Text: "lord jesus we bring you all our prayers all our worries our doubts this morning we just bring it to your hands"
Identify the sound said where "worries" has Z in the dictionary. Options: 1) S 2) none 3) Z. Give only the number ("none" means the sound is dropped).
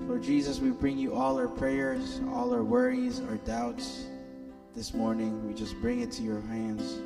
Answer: 3